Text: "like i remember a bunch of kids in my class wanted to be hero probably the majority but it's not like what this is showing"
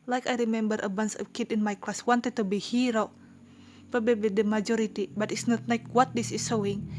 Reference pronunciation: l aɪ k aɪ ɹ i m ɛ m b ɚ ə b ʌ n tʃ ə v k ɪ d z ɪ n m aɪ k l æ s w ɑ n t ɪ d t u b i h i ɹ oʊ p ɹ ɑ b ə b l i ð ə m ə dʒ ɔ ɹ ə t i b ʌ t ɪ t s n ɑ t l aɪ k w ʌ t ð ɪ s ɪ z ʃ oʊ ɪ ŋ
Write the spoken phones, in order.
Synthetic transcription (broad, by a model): l aɪ k aɪ ɹ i m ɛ m b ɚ ə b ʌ n s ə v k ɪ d ɪ n m aɪ k l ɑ s w ɑ n t ɪ d t u b i h i ɹ oʊ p ɑ b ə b i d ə m ə dʒ ɔ ɹ ə t i b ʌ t ɪ t s n ɑ t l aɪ k w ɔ t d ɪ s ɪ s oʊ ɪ ŋ